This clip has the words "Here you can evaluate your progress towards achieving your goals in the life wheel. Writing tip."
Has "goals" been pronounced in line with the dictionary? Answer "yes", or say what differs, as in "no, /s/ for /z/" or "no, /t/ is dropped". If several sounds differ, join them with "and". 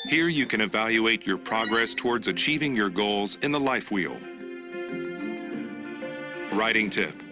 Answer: yes